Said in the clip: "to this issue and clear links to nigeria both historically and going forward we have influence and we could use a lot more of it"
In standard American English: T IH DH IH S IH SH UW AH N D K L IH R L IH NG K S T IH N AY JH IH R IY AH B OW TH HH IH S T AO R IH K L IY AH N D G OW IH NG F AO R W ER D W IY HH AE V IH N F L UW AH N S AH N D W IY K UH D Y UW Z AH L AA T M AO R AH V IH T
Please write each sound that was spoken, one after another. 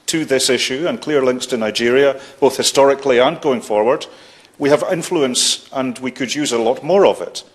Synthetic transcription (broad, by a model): T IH DH IH S IH SH UW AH N K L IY R L IH NG K S T IH N AY JH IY R IY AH B OW TH HH IH S T AO R IH K L IY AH N G OW IH NG F AO R W ER D W IY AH V IH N F L UW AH N S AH N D W IY K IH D Y UW Z AH L AA T M AO R AH V IH T